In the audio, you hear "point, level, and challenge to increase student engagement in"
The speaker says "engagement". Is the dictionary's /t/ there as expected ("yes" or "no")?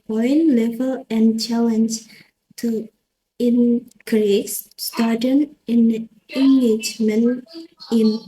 no